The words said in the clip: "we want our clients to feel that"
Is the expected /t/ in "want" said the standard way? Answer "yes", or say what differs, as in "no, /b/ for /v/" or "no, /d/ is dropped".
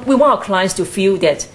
no, /t/ is dropped